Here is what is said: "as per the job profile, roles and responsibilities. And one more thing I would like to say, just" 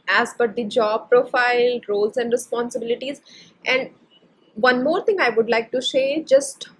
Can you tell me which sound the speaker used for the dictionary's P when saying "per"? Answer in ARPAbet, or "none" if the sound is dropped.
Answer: B